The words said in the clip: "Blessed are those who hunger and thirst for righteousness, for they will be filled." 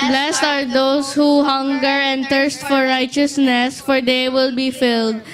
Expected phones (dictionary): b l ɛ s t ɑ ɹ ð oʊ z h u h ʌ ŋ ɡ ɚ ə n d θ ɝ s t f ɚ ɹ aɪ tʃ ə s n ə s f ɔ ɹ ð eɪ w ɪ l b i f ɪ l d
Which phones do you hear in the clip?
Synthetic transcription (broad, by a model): b l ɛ s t ɑ ɹ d oʊ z h u h ʌ ŋ ɡ ɚ ə n d t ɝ s t f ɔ ɹ aɪ tʃ ə s n ə s f ɔ ɹ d eɪ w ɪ l b i f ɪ l d